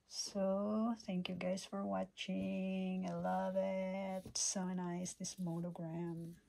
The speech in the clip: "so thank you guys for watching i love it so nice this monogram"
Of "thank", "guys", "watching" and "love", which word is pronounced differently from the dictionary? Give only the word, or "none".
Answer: none